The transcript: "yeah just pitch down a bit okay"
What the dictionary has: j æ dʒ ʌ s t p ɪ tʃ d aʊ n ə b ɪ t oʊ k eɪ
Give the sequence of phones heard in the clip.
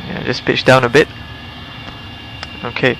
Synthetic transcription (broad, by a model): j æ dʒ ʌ s p ɪ tʃ d aʊ n ə b ɪ t oʊ k eɪ